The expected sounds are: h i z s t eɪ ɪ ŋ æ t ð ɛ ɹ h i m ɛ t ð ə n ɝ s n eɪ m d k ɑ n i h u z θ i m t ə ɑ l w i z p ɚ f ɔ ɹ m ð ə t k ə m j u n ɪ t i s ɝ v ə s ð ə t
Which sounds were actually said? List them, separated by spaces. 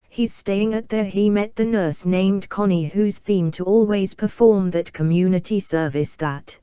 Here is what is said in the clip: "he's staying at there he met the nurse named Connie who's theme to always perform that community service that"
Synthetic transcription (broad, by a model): h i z s t eɪ ɪ ŋ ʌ t ð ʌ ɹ i m ɛ t ð ə n ɝ s n eɪ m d k ɑ n i h u z θ i m t ə ɑ l w i z p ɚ f ɔ ɹ m ð ə t k ə m j u n ɪ t i s ɝ v ə s ð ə t